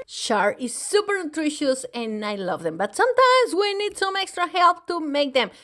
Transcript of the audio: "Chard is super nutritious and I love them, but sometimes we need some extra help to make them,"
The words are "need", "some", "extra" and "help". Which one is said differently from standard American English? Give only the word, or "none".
none